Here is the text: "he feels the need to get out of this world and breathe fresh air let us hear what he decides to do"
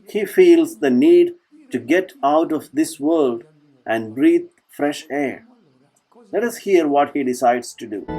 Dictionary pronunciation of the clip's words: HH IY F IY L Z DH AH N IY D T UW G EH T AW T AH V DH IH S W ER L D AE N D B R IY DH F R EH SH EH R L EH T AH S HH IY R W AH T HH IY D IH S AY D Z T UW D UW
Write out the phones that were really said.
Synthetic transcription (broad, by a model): HH IY F IY L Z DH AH N IY D T UW G EH T AW T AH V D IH S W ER L D AE N D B R IY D F R EH SH EH R L EH T AH S HH IY R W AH T HH IY D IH S AY D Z T UW D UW